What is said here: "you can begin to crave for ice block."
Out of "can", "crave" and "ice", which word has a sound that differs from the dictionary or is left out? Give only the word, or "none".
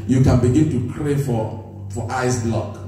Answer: crave